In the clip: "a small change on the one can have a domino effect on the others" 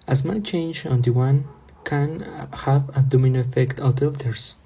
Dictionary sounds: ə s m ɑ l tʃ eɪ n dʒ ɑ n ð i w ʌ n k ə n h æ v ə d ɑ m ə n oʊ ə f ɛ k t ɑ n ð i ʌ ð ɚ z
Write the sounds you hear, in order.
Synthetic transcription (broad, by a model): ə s m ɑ n tʃ eɪ n dʒ ɑ n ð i w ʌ n k ə n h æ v ə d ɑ m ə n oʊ ə f ɛ k t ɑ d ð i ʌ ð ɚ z